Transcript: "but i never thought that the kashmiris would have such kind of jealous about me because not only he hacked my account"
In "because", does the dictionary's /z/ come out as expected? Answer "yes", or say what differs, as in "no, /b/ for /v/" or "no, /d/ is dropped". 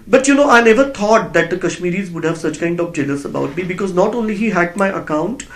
yes